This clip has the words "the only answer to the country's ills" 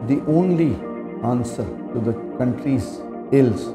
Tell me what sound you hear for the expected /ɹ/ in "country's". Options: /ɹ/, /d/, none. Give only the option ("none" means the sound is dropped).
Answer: /ɹ/